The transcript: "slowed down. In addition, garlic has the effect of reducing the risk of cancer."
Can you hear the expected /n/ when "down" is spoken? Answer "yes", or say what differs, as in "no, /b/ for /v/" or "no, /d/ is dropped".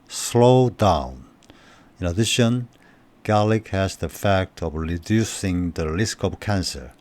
yes